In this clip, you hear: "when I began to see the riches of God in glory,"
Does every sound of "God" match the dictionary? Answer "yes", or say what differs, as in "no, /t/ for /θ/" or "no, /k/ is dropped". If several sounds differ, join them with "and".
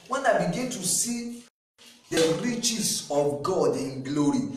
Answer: yes